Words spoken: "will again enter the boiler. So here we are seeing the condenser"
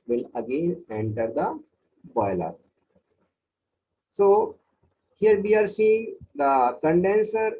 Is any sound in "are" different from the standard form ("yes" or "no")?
no